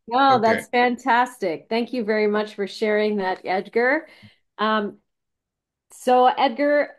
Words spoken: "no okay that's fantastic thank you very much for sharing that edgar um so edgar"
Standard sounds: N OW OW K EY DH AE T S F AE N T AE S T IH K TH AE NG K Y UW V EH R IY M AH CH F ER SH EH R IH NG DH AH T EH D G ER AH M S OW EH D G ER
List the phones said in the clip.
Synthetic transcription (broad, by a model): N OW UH DH AE T S F AE N T AE S T IH K TH AE NG K Y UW V EH R IY M AH CH F ER SH EH R IH NG DH AH T EH D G ER AH M S OW EH D G ER